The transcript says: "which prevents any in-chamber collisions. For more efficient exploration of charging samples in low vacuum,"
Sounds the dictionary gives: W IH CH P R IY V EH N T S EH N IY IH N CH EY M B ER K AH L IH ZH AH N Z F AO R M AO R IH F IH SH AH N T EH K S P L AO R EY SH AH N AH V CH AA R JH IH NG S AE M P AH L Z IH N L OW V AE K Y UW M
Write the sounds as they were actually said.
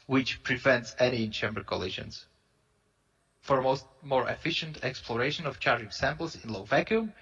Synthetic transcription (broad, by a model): W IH CH P R IY V EH N T S EH N IY IH N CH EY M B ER K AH L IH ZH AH N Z F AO R M AO R IH F IH SH AH N T EH K S P L AO R EY SH AH N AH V CH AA R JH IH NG S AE M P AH L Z IH N L OW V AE K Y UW M